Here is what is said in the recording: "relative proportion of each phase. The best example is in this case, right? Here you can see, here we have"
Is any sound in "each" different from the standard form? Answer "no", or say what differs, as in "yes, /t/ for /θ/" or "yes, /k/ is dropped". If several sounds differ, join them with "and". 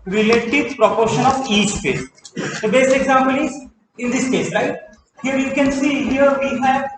yes, /s/ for /tʃ/